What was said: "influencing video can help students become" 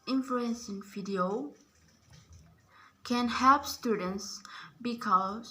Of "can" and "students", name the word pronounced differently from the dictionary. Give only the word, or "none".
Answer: none